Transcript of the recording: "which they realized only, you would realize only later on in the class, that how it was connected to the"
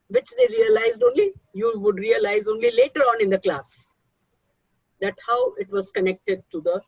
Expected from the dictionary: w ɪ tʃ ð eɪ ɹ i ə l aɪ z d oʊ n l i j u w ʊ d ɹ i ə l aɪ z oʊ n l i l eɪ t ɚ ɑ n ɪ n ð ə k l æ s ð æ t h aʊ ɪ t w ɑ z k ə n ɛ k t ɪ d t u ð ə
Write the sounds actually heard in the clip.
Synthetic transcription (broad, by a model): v ɪ tʃ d eɪ ɹ i ə l aɪ z d oʊ n l i j u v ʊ d ɹ i ə l aɪ z oʊ n l i l eɪ t ɚ ɑ n ɪ n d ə k l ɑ s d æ t h aʊ ɪ t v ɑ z k ə n ɛ k t ɪ d t u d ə